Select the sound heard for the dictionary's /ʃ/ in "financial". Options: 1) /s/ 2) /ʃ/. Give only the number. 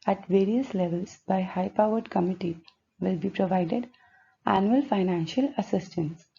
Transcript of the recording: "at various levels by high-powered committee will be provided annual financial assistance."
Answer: 2